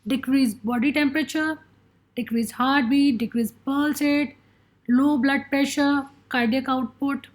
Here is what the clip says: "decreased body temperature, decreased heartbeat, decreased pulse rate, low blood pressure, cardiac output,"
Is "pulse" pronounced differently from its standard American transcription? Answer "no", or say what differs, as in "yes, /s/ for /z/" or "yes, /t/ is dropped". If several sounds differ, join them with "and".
no